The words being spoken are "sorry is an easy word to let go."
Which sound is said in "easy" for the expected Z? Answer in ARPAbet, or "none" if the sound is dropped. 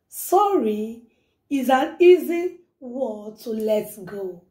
Z